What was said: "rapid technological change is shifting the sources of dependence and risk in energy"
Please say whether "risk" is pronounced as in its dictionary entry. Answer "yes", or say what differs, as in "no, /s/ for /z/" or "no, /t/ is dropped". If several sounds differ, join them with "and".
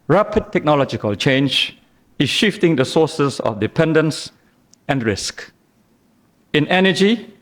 yes